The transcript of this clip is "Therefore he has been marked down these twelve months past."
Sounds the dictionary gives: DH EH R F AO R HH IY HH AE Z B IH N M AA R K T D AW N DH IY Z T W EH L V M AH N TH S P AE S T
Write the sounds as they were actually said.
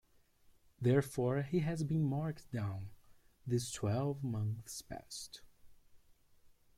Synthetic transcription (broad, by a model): DH EH R F AO R HH IY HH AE Z B IH N M AA R K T D AW N DH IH S T W EH L V M AH N TH S P AE S T